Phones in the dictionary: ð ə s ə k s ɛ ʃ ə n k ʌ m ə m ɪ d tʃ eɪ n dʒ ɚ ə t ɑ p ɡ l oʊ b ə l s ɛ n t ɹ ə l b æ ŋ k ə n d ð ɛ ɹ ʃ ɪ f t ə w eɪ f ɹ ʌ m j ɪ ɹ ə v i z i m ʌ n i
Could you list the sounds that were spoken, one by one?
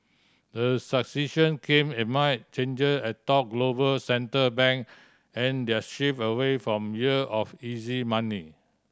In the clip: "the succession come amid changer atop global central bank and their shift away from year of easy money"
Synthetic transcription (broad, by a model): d ə s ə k s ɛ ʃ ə n k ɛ m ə m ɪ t tʃ eɪ n dʒ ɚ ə t ɑ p ɡ l oʊ b ə l s ɛ n t ə b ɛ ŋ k ə n d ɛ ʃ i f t ə w eɪ f ɹ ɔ m j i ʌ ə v i z i m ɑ n i